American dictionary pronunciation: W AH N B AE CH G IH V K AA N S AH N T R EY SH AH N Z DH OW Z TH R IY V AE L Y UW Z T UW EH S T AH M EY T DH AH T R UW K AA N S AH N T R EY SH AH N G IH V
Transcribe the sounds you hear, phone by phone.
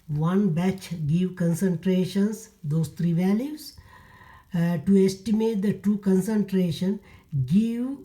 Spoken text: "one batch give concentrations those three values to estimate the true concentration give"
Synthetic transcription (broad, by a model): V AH N B AE CH G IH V K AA N S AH N T R EY SH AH N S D OW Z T R IY V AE L Y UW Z T UW EH S T AH M EY T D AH T UW K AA N S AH N T R EY SH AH N G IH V